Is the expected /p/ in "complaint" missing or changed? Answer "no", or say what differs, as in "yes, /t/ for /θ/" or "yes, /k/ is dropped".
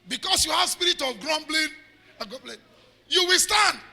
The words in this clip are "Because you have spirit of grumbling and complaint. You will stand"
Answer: yes, /b/ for /p/